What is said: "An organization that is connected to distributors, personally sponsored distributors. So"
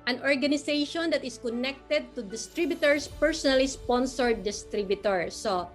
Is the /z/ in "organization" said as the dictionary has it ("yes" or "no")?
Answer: no